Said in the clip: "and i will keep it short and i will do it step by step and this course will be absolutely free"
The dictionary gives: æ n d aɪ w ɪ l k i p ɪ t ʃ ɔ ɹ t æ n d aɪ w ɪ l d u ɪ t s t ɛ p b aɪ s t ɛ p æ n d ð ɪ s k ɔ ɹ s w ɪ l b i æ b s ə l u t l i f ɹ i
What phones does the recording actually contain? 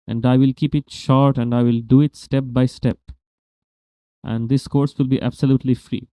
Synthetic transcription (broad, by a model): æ n d aɪ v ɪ l k i p ɪ t ʃ ɔ ɹ t æ n d aɪ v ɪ l d u ɪ t s t ɛ p b aɪ s t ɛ p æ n d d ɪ s k ɔ ɹ s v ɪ l b i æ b s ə l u t l i f ɹ i